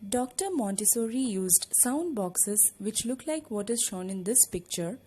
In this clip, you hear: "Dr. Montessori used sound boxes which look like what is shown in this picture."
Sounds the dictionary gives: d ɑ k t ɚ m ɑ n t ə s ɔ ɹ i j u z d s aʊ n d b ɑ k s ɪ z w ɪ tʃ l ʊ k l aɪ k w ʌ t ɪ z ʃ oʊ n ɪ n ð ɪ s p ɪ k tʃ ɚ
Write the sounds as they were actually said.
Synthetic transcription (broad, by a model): d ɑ k t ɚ m ɑ n t ə s ɔ ɹ i j u z d s aʊ n d b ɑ k s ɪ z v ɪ tʃ l ʊ k l aɪ k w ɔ t ɪ z ʃ oʊ n ɪ n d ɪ s p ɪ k tʃ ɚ